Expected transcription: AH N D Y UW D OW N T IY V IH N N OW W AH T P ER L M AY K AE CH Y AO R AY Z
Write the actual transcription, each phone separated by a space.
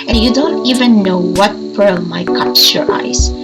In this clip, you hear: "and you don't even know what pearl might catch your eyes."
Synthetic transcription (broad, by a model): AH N Y UW D OW N T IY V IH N N OW W AH T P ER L M AY K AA S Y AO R AY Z